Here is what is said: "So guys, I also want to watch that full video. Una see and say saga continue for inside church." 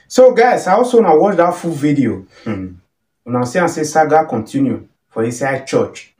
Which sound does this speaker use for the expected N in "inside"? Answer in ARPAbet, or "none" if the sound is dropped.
none